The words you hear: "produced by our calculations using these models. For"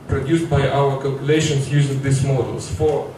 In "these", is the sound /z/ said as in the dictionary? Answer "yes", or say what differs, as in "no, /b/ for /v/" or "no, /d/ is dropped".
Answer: no, /s/ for /z/